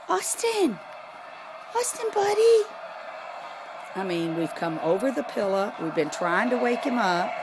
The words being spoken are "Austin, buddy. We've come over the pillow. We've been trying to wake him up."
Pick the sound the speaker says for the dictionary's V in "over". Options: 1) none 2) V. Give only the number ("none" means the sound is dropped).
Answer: 2